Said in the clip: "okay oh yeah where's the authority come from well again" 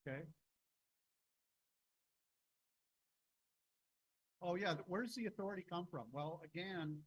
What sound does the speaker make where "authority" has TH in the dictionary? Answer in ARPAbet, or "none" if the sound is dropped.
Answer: TH